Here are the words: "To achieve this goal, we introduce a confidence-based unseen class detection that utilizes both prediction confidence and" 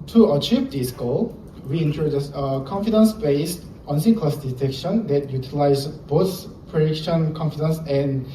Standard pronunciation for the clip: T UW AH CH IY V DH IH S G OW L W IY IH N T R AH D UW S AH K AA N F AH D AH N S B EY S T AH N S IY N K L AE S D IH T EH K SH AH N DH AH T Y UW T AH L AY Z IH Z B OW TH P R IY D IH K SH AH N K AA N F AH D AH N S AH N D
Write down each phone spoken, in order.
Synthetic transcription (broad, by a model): T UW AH CH IY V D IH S G OW L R IY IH N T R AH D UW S AH K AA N F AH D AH N S B EY S T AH N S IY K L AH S D IH T EH K SH AH N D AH T Y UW T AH L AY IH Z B OW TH P R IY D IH K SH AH N K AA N F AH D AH N S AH N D